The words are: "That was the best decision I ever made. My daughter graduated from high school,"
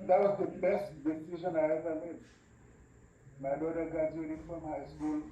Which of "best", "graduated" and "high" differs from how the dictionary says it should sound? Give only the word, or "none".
graduated